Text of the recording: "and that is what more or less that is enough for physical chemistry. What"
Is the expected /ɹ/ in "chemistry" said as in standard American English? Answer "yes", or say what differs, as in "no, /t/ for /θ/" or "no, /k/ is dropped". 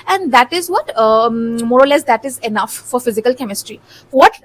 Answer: yes